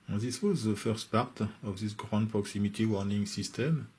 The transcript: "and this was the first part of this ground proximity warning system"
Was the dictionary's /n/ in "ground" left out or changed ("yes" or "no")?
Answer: yes